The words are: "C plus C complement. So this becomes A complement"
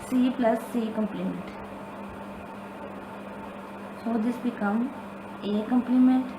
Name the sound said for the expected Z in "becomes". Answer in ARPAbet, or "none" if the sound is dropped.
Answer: none